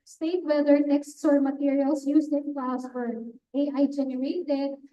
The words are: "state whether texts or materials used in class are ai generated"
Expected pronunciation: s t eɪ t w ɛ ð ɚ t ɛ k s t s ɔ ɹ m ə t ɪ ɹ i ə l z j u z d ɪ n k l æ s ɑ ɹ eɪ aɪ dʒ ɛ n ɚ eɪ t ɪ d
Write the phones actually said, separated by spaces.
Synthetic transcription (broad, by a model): s t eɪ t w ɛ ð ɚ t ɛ k s t s ɔ ɹ m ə t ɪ ɹ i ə l s j u s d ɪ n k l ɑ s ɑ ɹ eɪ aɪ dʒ ɛ n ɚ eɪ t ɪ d